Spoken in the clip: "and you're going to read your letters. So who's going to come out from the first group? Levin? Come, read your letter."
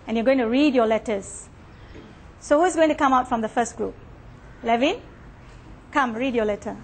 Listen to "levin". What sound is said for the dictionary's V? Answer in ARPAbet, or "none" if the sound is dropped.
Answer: V